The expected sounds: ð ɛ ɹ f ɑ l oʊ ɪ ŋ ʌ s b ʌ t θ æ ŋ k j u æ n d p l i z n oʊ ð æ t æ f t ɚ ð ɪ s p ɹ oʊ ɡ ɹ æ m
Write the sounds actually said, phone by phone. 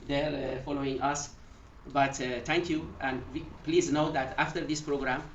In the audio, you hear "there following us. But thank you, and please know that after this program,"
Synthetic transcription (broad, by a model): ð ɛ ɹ f ɑ l oʊ ɪ ŋ ʌ s b ʌ t t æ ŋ k j u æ n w p l i z n oʊ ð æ t æ f t ɚ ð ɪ s p ɹ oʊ ɡ ɹ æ m